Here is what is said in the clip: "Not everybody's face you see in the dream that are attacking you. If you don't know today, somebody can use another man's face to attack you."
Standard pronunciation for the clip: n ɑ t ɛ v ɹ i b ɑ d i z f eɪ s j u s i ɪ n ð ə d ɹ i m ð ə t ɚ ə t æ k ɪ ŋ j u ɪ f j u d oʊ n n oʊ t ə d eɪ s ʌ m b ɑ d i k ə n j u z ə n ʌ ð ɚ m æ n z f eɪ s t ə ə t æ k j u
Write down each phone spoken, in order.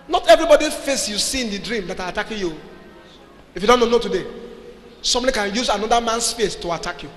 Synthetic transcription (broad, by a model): n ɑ t ɛ v ɹ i b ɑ d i f eɪ s j u s i ɪ n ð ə d ɹ i m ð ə t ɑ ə t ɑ k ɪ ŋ j u ɪ f j u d oʊ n n oʊ t ə d eɪ s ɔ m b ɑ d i k ə n j u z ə n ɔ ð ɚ m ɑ n s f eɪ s t ə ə t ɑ k j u